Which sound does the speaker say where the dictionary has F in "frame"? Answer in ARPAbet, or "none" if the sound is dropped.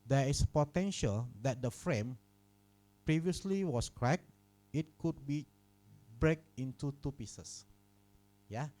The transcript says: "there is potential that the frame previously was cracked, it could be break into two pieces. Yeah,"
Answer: F